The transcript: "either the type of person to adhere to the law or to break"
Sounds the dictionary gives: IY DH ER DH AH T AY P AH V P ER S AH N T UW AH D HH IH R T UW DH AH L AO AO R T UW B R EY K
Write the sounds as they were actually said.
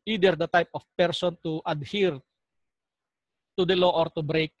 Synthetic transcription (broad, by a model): IY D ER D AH T AY P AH F P ER S AH N T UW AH D HH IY R T UW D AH L AO AO R T UW B R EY K